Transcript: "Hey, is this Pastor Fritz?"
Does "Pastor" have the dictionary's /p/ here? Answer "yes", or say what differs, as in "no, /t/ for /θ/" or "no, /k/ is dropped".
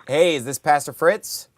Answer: yes